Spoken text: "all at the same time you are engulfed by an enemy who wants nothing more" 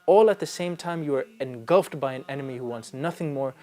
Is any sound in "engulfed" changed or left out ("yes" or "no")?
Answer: no